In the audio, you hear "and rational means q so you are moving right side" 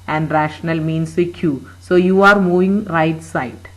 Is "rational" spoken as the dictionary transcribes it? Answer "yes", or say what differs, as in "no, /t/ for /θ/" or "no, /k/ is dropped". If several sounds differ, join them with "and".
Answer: yes